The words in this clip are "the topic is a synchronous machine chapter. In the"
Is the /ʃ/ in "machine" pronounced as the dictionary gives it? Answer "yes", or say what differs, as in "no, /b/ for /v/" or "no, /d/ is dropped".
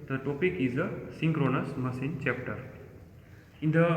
no, /s/ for /ʃ/